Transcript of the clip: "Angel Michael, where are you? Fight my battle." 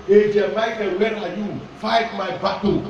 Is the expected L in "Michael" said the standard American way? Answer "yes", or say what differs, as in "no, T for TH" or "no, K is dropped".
no, N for L